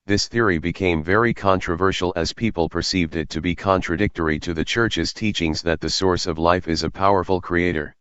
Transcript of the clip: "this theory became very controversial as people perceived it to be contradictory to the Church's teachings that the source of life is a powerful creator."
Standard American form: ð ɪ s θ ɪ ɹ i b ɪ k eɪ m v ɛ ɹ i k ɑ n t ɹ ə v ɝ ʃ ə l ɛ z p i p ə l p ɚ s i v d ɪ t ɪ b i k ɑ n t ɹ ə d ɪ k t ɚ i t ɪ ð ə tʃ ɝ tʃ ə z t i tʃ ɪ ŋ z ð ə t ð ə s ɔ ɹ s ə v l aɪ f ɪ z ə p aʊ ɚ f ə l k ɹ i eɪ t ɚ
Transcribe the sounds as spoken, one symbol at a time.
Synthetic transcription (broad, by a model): ð ɪ s θ ɪ ɹ i b ɪ k eɪ m v ɛ ɹ i k ɑ n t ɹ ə v ɝ ʃ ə l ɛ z p i p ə l p ɚ s i v d ɪ t ɪ b i k ɑ n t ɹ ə d ɪ k t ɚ i t ɪ ð ə tʃ ɝ tʃ ə z t i tʃ ɪ ŋ z ð ə t ð ə s ɔ ɹ s ə v l aɪ f ɪ z ə p aʊ ɚ f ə l k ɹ i eɪ t ɚ